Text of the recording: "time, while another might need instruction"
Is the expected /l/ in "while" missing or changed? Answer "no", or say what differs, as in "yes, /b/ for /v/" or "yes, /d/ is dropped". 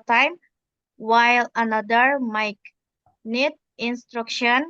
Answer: no